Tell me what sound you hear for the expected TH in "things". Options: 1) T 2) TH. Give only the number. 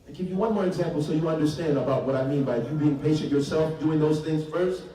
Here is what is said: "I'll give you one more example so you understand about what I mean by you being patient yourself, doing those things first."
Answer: 2